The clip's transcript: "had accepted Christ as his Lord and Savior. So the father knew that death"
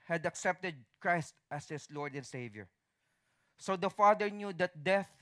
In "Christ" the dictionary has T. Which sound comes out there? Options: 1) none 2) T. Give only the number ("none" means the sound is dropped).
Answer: 2